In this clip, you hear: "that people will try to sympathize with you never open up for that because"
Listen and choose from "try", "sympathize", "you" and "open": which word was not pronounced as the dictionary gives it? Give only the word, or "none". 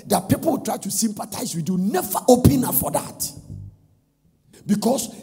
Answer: sympathize